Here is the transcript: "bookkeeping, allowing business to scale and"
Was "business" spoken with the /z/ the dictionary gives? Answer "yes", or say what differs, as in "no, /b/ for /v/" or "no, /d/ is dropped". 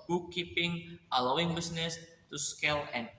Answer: no, /s/ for /z/